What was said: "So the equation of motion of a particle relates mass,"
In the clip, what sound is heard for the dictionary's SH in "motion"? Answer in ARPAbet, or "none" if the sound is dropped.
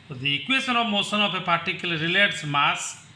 S